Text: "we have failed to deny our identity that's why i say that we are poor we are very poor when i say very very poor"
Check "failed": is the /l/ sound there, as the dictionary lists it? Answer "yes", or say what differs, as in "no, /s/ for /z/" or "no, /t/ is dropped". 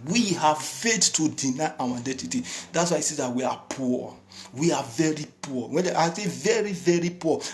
no, /l/ is dropped